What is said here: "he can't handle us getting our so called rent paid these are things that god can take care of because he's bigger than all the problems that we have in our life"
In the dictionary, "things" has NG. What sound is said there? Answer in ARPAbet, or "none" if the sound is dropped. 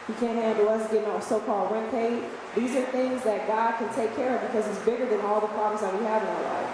NG